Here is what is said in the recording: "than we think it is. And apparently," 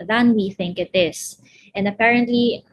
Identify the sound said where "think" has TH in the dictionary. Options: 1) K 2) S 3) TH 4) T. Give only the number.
3